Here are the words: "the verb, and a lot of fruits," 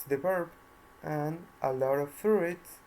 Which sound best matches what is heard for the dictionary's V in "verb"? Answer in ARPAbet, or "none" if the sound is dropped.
P